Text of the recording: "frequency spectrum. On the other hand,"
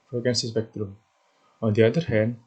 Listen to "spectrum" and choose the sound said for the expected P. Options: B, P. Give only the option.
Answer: B